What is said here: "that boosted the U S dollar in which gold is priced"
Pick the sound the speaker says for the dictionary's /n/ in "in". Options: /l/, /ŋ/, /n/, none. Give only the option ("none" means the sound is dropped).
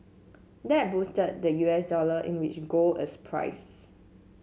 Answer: /n/